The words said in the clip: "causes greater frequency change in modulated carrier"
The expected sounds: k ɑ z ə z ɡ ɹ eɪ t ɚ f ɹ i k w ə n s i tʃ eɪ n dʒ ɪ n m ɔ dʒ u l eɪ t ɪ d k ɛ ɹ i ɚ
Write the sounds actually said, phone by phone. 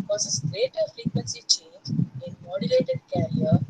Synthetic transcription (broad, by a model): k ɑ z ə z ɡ ɹ eɪ t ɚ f l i k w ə n s i tʃ eɪ n dʒ ɪ n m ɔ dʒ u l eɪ t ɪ d k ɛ ɹ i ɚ